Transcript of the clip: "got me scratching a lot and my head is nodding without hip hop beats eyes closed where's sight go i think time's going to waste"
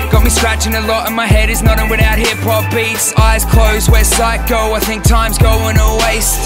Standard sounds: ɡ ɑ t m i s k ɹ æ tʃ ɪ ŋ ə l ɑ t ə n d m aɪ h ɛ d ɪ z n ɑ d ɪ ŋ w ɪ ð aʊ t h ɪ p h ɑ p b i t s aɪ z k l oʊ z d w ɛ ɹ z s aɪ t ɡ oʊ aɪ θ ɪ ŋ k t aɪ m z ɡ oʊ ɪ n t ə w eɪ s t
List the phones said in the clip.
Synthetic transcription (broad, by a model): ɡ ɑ t m i s k ɹ æ tʃ ɪ ŋ ə l ɑ t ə n m aɪ h ɛ d ɪ z n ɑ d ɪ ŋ w ɪ ð aʊ t h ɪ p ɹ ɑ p b i t s aɪ z k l oʊ z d w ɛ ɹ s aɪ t ɡ oʊ aɪ θ ɪ ŋ k t aɪ m z ɡ oʊ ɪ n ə w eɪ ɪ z